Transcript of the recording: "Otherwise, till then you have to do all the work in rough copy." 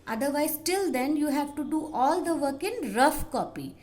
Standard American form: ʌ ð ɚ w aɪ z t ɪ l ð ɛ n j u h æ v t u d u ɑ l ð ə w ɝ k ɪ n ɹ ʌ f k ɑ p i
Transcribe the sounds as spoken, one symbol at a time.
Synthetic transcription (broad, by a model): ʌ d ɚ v aɪ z t ɪ l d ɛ n j u h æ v t u d u ɑ l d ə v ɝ k ɪ n ɹ ʌ f k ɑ p i